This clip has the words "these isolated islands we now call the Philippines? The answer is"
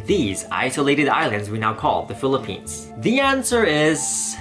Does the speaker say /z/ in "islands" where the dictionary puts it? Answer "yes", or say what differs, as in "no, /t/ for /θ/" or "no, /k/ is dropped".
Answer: yes